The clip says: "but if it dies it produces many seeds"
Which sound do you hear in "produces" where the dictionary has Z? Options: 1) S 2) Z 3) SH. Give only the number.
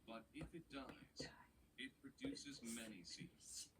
2